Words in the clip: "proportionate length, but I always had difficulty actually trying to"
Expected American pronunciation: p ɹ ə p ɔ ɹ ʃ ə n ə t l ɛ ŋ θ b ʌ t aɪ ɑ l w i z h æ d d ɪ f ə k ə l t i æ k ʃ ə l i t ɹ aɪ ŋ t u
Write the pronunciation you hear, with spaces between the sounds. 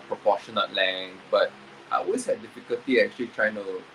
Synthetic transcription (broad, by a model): p ɹ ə p ɔ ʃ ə n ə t l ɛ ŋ b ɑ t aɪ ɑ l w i s h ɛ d d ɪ f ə k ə l t i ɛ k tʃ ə l i t ɹ aɪ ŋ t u